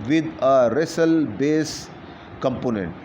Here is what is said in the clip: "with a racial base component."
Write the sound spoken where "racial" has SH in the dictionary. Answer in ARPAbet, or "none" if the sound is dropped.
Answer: S